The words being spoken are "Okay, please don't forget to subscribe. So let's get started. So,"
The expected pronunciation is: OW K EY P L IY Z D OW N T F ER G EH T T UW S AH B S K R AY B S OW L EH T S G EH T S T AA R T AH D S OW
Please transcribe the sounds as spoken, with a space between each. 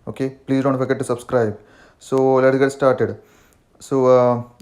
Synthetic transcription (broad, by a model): OW K EY P L IY Z D OW N T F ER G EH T T UW S AH B S K R AY B S OW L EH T G EH T S T AA R T AH D S OW